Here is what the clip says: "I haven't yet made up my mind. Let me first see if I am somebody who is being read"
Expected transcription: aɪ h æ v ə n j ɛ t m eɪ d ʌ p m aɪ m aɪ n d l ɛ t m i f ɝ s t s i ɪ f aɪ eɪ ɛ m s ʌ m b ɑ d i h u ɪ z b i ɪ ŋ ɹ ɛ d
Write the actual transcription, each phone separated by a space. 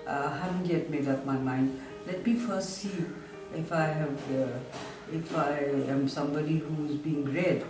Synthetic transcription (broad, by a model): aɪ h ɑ ə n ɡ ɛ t m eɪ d ʌ p m aɪ m aɪ n d l ɛ t m i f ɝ s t s i ɪ f aɪ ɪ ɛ m s ʌ m b ɑ d i h u ɪ z b i ɪ ŋ ɹ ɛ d